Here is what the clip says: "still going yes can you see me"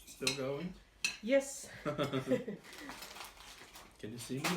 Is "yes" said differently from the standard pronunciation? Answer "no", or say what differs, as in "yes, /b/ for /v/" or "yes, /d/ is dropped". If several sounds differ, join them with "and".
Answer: no